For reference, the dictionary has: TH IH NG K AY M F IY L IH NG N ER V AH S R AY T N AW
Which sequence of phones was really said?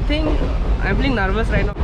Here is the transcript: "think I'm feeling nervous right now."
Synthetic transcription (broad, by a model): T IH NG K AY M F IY IH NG N ER V AH S R AY T N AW